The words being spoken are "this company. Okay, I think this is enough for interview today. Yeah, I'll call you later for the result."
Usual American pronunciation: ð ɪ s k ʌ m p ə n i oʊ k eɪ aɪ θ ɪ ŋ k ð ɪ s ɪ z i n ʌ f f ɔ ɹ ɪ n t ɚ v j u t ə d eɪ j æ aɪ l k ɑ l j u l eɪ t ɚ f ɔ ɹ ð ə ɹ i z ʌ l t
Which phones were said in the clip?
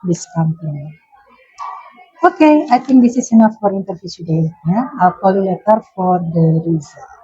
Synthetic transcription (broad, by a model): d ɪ s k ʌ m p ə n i oʊ k eɪ aɪ t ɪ ŋ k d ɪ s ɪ s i n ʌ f f ɔ ɹ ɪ n t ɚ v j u t ə d eɪ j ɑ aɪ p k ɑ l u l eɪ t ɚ f ɔ ɹ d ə ɹ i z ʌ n